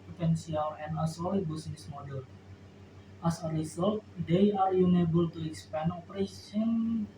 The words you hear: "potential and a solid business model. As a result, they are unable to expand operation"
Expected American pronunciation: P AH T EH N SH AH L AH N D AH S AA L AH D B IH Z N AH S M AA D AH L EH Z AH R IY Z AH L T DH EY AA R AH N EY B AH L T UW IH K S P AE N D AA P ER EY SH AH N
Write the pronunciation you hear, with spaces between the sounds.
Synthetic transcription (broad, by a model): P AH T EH N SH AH L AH N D AH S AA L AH B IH S N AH S M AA D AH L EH S AH R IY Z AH L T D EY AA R AH N EY B AH L T UW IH K S P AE N AA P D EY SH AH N